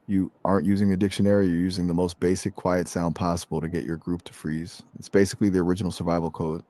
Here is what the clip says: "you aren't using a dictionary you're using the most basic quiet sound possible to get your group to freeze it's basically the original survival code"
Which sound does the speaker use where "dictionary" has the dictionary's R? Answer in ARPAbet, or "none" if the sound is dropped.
R